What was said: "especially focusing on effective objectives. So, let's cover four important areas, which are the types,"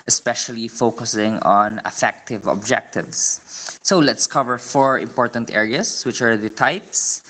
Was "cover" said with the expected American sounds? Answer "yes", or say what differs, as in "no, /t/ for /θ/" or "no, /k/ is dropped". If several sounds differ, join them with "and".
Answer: yes